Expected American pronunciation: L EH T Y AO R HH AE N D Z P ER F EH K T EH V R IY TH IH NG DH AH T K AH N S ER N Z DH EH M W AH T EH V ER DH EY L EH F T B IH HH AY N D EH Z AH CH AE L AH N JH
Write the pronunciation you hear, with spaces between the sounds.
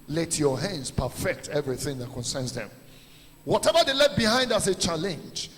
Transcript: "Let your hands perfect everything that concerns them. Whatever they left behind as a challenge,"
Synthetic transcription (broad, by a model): L EH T Y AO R HH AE N D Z P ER F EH K T EH V R IY TH IH NG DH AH T K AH N S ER N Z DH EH M W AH T EH V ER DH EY L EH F B IH HH AY N D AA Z AH CH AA L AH N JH